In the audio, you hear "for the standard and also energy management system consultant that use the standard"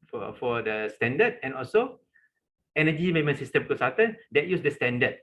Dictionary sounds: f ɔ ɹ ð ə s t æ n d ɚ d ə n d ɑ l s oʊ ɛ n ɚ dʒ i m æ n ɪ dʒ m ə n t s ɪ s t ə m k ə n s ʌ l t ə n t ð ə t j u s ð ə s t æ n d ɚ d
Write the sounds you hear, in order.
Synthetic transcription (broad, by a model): f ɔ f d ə s t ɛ n d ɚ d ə n ɑ l s oʊ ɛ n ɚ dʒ i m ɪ m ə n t s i s t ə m k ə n s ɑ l t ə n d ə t j u s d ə s t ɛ n d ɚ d